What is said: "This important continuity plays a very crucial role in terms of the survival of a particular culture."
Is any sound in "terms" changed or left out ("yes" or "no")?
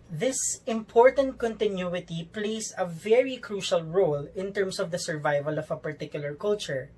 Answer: yes